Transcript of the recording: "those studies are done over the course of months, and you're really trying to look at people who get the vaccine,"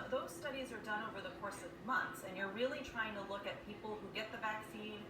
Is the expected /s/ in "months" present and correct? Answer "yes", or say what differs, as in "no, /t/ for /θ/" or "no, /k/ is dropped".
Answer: yes